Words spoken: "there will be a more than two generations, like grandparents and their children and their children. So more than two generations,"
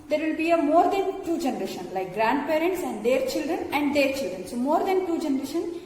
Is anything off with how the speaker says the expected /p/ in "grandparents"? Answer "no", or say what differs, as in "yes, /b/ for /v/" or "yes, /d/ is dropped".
no